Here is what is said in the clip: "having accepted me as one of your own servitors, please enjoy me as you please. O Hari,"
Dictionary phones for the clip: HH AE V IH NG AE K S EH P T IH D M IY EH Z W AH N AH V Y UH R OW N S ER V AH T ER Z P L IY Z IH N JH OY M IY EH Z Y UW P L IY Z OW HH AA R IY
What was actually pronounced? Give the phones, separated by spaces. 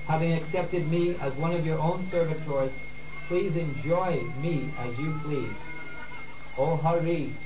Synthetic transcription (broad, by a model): HH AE V IH NG AE K S EH P T IH D M IY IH Z W AH N AH V Y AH R OW N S ER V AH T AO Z P L IY Z IH N JH OY M IY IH Z Y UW P L IY Z OW HH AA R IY